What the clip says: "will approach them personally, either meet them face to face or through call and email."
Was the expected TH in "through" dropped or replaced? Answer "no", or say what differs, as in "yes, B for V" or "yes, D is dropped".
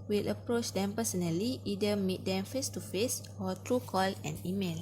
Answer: yes, T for TH